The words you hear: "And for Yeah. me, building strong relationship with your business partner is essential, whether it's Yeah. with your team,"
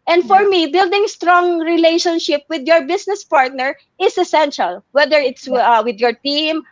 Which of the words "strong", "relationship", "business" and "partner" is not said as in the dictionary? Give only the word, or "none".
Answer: business